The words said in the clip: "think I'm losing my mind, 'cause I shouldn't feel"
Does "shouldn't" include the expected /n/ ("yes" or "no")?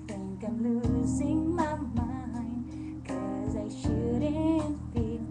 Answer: no